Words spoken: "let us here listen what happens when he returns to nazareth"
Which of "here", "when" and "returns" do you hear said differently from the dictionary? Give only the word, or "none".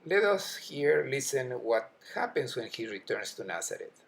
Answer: returns